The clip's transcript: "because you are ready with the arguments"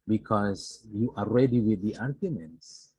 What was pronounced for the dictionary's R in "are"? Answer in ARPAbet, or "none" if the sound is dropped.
L